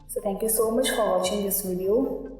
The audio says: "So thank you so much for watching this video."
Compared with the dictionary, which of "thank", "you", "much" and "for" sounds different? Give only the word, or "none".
thank